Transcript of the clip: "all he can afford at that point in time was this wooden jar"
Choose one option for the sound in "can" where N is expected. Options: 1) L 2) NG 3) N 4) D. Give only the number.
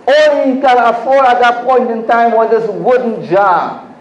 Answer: 1